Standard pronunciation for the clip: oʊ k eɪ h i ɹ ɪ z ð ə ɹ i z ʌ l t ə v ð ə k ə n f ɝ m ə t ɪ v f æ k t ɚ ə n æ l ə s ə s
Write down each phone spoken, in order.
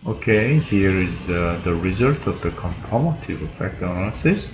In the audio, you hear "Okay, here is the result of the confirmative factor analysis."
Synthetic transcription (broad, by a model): oʊ k eɪ h i ɹ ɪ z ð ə ɹ i z ʌ l t ə v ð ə k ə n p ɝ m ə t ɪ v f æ k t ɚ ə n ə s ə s